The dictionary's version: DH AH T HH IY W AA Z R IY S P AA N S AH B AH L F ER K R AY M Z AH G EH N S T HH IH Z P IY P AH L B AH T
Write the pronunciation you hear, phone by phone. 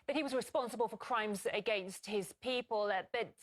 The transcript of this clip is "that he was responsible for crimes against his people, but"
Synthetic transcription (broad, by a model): DH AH T HH IY W AA Z R IY S P AA N S AH B AH L F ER K R AY M Z AH G EH N S T HH IH Z P IY P AH L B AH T